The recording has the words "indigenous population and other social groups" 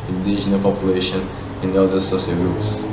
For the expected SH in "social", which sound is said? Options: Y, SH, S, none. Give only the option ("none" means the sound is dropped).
S